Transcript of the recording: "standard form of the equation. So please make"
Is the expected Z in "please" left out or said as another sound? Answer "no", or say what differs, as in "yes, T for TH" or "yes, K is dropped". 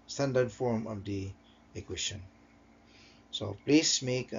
yes, S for Z